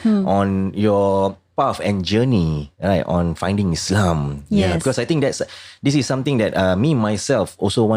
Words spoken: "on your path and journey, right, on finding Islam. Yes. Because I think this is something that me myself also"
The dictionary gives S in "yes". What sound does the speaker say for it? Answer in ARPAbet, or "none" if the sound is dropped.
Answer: none